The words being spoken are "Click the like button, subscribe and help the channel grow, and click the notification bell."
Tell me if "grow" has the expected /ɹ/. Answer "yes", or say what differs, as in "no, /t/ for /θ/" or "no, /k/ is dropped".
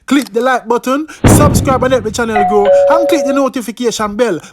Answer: no, /ɹ/ is dropped